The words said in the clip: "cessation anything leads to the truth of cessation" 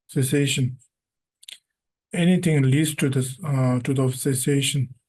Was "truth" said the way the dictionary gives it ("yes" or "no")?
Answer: no